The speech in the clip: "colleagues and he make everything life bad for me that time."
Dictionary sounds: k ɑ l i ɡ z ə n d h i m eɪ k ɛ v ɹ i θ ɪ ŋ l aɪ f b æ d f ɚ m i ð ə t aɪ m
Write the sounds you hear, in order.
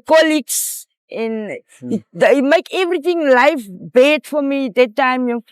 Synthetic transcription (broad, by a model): k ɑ l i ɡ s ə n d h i m eɪ k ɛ v ɹ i t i ŋ l aɪ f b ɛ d f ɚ m i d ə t aɪ m